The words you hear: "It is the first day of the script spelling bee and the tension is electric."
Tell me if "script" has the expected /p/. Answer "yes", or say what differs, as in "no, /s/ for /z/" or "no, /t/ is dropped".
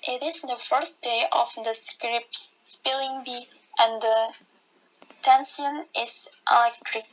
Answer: yes